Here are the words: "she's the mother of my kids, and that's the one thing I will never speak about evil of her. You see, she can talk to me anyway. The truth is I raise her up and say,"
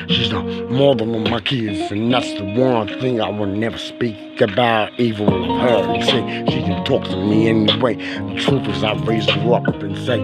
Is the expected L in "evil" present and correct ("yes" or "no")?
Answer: no